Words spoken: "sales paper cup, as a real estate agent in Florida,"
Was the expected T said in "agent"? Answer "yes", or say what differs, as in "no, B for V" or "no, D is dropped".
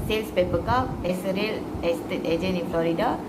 no, T is dropped